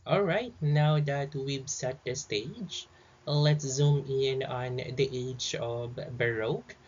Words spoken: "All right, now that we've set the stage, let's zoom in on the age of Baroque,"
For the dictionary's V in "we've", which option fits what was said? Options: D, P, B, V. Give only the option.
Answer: B